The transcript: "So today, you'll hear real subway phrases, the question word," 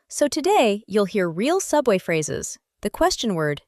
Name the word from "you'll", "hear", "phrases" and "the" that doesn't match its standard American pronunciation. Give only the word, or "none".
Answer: none